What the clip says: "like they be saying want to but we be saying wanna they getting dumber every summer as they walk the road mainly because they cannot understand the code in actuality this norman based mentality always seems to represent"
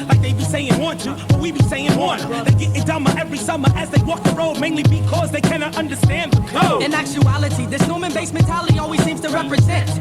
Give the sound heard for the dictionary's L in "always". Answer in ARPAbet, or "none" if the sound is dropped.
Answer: L